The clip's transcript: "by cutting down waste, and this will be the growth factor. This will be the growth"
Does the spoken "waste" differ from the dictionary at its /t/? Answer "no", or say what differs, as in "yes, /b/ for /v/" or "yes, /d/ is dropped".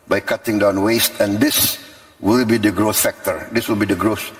no